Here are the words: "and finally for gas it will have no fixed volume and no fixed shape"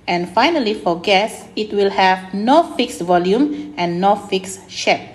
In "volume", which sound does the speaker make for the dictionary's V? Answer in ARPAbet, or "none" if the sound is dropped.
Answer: V